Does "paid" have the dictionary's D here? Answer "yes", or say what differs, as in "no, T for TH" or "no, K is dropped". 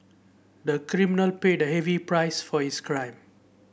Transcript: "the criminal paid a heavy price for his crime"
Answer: yes